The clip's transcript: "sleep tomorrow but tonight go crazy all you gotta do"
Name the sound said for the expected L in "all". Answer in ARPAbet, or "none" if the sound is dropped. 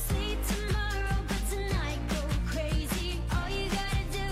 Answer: L